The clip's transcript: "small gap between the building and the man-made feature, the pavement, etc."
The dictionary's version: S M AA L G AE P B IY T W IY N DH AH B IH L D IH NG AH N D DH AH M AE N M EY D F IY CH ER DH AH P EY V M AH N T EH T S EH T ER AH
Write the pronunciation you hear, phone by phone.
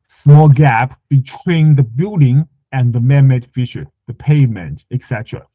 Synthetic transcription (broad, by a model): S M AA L G AE P B IY T W IY N DH AH B IH L D IH NG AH N DH AH M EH M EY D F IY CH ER DH AH P EY M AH N T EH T S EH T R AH